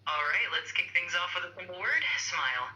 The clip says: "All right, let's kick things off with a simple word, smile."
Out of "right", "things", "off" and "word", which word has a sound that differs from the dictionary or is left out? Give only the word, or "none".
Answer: none